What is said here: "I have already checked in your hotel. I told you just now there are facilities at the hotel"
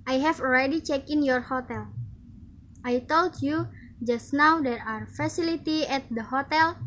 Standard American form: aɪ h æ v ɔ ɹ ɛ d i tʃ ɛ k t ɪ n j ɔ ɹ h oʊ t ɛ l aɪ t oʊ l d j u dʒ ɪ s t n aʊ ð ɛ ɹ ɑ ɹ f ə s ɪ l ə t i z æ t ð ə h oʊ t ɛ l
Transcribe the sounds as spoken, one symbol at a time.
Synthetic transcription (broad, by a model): aɪ h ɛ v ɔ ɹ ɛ d i tʃ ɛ k ɪ n j ɔ ɹ h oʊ t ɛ l aɪ t oʊ l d j u dʒ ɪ s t n aʊ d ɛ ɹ ɑ ɹ f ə s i l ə t i ɛ t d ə h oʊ t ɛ l